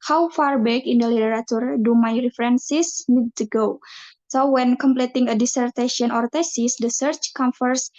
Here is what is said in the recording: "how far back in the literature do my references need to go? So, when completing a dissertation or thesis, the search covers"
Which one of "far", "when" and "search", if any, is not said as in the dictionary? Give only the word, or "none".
none